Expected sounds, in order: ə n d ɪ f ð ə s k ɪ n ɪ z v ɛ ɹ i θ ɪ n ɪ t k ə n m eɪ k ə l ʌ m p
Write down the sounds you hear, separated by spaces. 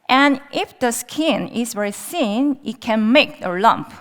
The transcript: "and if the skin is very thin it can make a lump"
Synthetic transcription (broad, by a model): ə n ɪ f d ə s k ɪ n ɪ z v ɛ ɹ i s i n ɪ t k ə n m eɪ k ə l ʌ m p